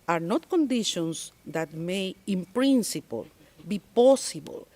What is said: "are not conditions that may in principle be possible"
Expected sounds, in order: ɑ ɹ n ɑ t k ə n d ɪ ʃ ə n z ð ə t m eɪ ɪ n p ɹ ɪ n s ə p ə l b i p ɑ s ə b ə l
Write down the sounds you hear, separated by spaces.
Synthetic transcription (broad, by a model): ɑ ɹ n ɑ t k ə n d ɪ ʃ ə n s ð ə t m eɪ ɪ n p ɹ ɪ n s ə p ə l b i p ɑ s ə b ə l